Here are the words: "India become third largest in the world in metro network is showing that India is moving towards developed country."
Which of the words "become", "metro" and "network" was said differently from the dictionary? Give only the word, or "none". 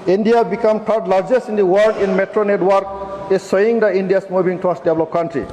none